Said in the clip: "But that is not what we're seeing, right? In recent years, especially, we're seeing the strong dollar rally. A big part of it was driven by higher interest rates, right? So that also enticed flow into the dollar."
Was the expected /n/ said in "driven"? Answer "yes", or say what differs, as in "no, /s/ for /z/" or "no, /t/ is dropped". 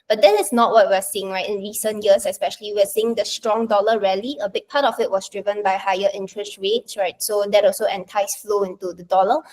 yes